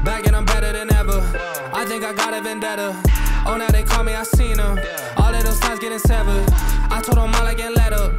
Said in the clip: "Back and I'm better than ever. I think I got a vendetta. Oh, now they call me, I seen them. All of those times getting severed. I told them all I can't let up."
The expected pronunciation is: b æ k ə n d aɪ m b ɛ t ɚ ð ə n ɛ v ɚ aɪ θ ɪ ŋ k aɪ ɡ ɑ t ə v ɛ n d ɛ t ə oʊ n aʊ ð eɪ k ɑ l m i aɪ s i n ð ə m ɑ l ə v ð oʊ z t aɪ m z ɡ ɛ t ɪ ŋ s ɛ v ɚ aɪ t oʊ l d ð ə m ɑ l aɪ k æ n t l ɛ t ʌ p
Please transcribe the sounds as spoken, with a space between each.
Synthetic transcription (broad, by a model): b æ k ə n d aɪ m b ɛ t ɚ ð ə n ɛ v ɚ aɪ θ ɪ ŋ k aɪ ɡ ɑ t ə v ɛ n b ɛ t ə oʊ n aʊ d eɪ k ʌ m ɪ aɪ s i n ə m ɑ l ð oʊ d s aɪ z ɡ ɛ t ɪ ŋ s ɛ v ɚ aɪ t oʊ d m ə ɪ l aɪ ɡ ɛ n l ɛ t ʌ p